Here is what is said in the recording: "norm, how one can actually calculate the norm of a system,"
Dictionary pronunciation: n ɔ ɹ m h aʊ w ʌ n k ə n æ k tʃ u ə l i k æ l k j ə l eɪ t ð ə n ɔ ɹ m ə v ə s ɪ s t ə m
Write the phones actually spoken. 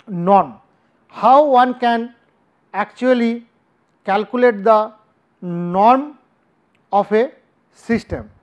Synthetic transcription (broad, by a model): n ɔ ɹ m h aʊ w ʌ n k ə n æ k tʃ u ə l i k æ l k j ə l eɪ t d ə n ɔ ɹ m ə p ə s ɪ s t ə m